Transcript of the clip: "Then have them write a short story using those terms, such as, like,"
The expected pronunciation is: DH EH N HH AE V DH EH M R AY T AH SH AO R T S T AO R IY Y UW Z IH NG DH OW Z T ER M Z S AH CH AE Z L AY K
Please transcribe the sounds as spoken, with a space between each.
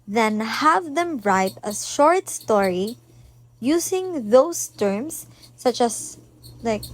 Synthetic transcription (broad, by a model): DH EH N HH AE V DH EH M R AY T AH SH AO R T S T AO R IY Y UW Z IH NG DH OW S T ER M S AH CH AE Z L AY K